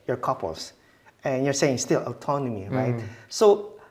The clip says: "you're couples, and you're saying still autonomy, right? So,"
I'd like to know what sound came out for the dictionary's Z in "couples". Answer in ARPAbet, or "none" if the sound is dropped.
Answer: S